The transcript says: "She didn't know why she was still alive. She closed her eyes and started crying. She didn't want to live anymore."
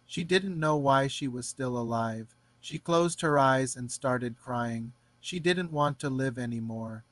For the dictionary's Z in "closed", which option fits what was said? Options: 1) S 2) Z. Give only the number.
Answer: 2